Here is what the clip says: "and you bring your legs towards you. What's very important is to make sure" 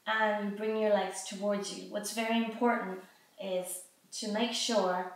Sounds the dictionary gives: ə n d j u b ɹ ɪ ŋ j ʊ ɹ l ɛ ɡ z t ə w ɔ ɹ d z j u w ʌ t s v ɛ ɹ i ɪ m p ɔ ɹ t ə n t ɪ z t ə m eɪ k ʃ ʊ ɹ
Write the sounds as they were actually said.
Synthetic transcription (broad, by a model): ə n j b ɹ ɪ ŋ j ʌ ɹ l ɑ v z t ə w ɔ ɹ d z j u w ʌ t s v ɛ ɹ i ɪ m p ɔ ɹ t n t ɪ z t ə m eɪ k ʃ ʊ ɹ